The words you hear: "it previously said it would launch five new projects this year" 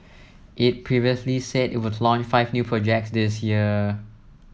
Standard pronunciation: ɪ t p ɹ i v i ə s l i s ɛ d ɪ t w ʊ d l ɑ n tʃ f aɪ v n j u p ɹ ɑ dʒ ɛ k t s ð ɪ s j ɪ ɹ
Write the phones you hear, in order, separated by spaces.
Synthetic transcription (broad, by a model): ɪ t p ɹ i v i ə s l i s ɛ d ɪ t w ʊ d l ɑ n tʃ f aɪ v n j u p ɹ ɑ dʒ ɛ k t s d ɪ s j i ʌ